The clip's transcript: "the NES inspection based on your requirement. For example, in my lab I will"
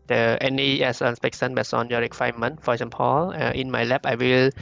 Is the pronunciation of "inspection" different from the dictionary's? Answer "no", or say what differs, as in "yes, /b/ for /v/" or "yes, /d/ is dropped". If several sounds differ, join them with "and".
yes, /s/ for /ʃ/